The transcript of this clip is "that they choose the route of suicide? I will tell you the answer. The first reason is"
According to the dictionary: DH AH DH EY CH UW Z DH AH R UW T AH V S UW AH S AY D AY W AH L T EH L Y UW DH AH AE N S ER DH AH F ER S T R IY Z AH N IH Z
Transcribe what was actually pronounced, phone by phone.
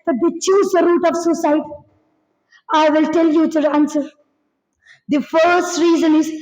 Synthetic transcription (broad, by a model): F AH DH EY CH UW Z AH R UW T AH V S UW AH S AY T AY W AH L T EH L Y UW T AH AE N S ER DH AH F ER S T R IY Z AH N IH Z